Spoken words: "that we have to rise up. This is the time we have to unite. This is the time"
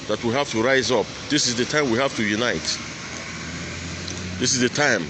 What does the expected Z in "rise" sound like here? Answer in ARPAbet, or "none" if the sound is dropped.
Z